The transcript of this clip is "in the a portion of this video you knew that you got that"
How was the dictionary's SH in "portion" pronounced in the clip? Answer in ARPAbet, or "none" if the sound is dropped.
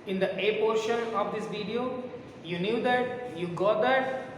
SH